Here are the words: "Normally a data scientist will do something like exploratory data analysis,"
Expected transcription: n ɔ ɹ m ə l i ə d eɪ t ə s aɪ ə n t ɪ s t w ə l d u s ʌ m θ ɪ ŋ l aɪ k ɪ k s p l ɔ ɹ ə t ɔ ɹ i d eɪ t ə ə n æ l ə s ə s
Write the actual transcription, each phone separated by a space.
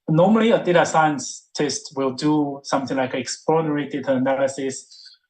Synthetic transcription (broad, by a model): n ɔ m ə l i ə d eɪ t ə s aɪ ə n t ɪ s t w ə l d u s ʌ m θ ɪ ŋ l aɪ k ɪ k s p ɔ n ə ɹ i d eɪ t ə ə n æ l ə s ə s